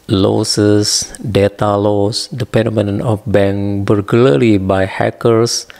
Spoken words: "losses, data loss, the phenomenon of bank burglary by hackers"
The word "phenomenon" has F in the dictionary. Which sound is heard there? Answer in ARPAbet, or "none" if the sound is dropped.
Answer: P